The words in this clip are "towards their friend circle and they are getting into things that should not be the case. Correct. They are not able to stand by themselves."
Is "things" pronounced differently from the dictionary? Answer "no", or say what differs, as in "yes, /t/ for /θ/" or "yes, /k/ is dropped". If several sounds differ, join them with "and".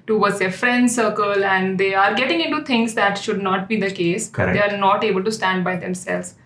yes, /t/ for /θ/